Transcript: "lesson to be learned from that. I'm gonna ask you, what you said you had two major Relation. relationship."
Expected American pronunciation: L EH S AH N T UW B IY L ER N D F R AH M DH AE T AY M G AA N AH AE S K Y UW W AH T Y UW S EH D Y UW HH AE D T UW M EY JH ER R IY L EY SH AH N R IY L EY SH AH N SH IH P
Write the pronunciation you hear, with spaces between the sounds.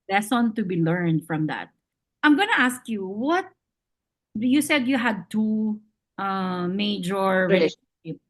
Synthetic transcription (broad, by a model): L EH S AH N T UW B IY L ER N D F R AH M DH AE T AY M G AA N AH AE S K Y UW W AH T Y UW S EH D Y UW HH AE D T UW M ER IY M EY AH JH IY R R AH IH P